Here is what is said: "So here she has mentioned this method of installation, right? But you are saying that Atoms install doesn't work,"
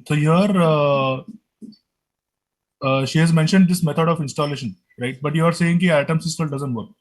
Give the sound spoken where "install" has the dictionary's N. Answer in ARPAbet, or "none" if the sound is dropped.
none